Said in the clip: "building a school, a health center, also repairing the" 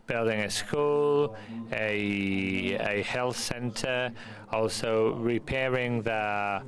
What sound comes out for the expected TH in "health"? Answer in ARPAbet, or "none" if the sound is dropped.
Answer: TH